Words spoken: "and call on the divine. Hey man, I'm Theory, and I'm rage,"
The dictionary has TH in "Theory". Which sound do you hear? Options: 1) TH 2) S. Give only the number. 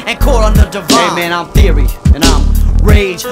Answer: 1